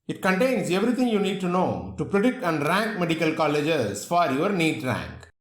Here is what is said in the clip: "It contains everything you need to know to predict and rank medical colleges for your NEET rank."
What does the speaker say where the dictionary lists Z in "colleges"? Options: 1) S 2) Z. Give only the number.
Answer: 1